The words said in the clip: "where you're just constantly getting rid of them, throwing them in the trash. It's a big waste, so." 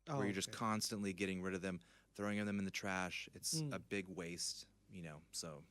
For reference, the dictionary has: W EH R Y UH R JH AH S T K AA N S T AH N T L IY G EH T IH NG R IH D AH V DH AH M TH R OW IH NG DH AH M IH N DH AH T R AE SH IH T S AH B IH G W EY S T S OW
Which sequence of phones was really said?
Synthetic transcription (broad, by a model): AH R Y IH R JH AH S K AA N S T AH N T L IY G EH T IH NG R IH D AH V DH AH M TH R OW IH NG DH AH M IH N DH AH T R AE SH IH T S AH B IH G W EY S T S OW